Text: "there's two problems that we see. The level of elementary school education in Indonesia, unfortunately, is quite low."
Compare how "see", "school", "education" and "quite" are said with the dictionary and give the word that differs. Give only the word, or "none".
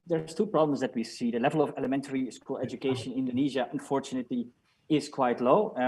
education